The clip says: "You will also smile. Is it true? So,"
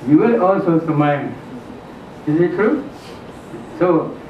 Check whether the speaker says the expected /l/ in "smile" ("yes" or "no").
no